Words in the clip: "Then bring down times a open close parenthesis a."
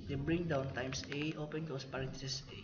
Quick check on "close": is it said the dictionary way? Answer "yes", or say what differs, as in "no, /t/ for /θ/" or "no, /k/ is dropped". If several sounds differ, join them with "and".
no, /l/ is dropped